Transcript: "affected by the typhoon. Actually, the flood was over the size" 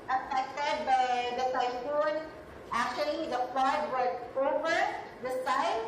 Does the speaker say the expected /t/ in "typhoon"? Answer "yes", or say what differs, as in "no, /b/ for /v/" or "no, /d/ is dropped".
no, /s/ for /t/